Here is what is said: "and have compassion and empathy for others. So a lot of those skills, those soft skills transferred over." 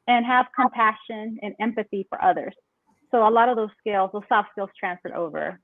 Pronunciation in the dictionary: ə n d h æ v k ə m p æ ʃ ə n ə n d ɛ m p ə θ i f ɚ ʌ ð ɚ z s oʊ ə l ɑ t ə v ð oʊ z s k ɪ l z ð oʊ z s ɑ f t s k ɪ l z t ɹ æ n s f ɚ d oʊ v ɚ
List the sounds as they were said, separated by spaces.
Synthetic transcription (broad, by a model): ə n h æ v k ə m p æ ʃ ə n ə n ɛ m p ə θ i f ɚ ʌ ð ɚ z s oʊ ə l ɑ t ə v ð oʊ z s k ɪ l z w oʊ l s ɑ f s k ɪ l z t ɹ æ n s f ɚ d oʊ v ɚ